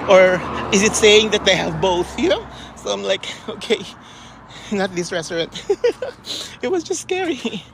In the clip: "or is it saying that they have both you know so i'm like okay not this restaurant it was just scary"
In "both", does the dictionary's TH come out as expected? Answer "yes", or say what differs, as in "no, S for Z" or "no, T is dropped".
yes